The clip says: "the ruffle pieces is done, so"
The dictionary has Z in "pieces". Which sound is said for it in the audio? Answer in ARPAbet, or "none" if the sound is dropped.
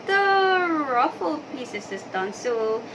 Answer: S